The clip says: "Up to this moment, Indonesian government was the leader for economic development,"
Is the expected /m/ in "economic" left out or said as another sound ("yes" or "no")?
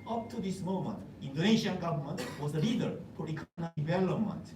yes